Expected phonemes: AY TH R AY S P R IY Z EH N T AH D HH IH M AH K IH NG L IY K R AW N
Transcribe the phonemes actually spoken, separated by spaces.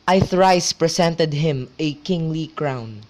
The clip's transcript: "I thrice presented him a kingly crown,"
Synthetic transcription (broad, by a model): AY TH R AY S P R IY S EH N T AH D HH IH M AH K IH NG L IY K R AW N